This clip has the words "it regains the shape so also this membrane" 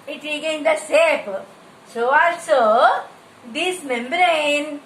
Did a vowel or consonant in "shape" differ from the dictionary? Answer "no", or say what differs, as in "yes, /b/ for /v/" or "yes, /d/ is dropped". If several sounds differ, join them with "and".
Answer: yes, /s/ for /ʃ/